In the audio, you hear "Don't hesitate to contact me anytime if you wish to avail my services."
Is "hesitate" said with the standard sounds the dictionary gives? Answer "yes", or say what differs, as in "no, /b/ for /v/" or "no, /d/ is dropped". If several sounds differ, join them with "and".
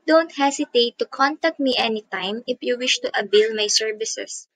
no, /s/ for /z/